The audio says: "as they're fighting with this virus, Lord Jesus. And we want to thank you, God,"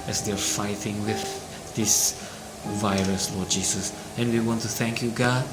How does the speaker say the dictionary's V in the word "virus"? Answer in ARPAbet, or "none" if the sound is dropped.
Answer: V